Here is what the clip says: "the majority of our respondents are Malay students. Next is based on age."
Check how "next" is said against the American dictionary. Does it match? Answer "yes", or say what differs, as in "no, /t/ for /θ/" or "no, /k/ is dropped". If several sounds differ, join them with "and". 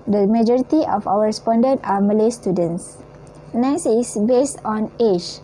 no, /k/ is dropped